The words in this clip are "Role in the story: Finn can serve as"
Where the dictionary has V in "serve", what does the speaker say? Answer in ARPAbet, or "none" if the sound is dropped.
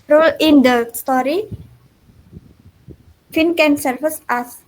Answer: F